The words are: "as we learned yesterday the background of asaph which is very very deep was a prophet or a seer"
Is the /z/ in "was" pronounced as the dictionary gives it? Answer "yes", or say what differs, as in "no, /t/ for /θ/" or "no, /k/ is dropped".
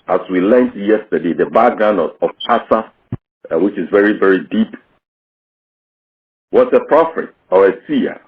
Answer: no, /s/ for /z/